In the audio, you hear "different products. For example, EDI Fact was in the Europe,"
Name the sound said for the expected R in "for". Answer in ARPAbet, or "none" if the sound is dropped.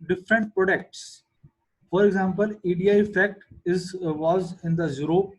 R